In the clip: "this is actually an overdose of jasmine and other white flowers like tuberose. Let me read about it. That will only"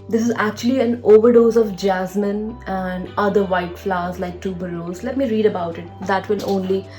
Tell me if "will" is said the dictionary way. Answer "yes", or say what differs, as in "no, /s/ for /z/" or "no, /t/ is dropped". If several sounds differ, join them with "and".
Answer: no, /n/ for /l/